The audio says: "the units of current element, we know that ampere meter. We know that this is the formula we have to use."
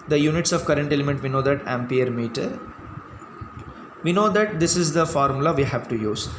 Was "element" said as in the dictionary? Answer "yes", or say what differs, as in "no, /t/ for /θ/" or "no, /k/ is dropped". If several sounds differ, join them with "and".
yes